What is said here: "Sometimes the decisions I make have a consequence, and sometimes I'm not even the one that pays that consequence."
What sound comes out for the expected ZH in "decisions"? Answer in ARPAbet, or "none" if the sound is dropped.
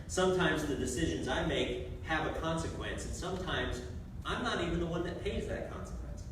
ZH